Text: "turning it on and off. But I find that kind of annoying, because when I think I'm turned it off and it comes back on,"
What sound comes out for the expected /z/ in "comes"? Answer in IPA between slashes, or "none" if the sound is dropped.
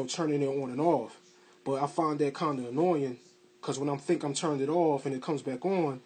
/z/